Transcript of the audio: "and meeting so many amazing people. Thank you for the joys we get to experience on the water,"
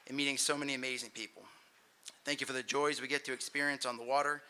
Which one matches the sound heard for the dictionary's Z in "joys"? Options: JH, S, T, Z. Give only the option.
Z